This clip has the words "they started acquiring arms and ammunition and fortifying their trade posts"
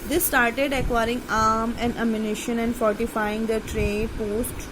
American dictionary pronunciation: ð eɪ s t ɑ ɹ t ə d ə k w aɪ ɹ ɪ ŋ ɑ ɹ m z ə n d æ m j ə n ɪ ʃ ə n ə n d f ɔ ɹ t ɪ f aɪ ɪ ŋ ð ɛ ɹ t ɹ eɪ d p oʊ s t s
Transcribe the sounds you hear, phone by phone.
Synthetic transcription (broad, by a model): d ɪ s t ɑ ɹ t ə d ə k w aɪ ɹ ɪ ŋ ɑ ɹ m ə n d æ m j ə n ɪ ʃ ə n ə n d f ɔ ɹ t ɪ f aɪ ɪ ŋ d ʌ t ɹ eɪ p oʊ s t